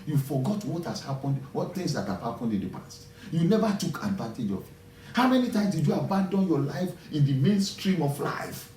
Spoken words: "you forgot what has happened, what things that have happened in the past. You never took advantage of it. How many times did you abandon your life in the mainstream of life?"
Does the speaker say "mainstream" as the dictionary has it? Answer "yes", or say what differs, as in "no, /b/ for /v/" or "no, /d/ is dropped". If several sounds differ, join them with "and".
yes